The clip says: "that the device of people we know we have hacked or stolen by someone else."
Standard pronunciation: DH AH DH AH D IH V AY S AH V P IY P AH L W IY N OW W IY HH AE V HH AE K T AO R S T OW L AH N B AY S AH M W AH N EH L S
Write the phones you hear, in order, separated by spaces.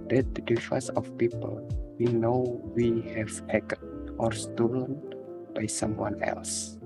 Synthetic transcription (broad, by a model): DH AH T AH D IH F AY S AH F P IY P AH L W IY N OW W IY HH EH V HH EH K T AO R S T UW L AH N B AY S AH M W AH N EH L S